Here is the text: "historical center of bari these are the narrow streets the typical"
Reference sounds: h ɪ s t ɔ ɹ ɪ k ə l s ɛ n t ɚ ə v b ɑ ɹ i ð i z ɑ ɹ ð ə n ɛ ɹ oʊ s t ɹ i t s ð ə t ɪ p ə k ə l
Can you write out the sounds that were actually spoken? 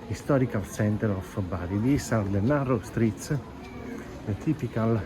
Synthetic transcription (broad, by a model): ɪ s t ɔ ɹ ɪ k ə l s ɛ n t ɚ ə f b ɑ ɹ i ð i s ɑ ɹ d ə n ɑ ɹ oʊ s t ɹ i t s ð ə t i p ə k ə l